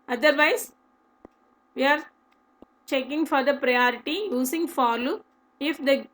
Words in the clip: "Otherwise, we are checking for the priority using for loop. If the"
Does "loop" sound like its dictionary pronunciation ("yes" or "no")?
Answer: no